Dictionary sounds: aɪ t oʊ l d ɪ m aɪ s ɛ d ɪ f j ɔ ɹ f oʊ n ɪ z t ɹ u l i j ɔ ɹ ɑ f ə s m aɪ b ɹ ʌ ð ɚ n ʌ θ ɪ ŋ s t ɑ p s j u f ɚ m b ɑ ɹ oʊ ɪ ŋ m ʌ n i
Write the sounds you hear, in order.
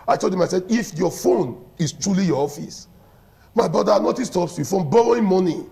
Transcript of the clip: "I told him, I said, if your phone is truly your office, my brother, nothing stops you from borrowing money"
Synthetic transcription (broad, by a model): aɪ t oʊ l d ɪ m aɪ s ɛ d ɪ f j ɔ f oʊ n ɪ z t ɹ u l i j ɔ ɑ f ə s m aɪ b ɹ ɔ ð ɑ n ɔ t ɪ s t ɑ p s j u f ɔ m b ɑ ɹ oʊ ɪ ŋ m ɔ n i